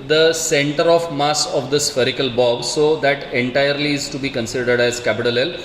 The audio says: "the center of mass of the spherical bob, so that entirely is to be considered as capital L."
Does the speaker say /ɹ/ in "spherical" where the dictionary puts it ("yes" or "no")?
yes